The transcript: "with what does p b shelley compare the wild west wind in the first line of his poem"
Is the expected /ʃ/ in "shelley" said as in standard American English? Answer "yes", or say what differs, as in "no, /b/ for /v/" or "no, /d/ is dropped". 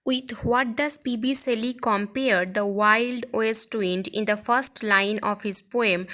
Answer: no, /s/ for /ʃ/